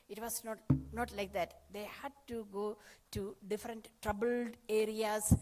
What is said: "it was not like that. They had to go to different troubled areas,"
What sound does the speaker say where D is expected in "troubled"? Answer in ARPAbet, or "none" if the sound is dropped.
D